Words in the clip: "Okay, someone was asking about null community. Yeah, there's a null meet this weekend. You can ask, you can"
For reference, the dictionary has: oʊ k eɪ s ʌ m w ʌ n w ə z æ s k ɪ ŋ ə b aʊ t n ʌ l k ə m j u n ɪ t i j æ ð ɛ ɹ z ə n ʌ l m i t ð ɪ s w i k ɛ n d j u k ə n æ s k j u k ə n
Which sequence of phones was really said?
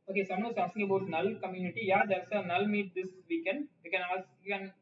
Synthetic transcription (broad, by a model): oʊ k eɪ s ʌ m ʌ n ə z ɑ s ɪ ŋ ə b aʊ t n ʌ l k ə m j u n ɪ t i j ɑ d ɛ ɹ s ə n ʌ l m i t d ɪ s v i k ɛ n d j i k ə n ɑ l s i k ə n